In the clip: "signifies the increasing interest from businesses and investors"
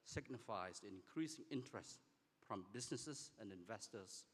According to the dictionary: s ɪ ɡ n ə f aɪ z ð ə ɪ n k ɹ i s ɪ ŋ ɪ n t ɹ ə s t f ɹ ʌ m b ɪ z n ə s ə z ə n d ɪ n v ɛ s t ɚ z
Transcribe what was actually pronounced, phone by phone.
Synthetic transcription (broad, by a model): s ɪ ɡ n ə f aɪ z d ɪ n k ɹ i s ɪ ŋ ɪ n t ɹ ə s t f ɹ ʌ m b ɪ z n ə s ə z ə n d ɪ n v ɛ s t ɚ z